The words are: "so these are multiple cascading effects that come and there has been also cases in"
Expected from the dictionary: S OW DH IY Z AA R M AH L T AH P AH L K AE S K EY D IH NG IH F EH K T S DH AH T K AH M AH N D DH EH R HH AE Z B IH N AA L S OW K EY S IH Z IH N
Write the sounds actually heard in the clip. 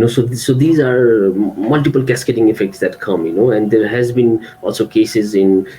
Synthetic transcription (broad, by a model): S OW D IY Z AA R M AH L T AH P AH L K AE S K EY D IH NG IH F EH K T S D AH T K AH M AH N D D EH R HH AE Z B IH N AA L S OW K EY S IH Z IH N